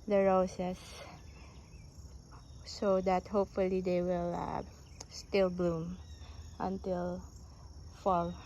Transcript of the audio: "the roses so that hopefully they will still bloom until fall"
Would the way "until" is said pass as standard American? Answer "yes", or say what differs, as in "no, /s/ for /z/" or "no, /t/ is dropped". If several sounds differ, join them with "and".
yes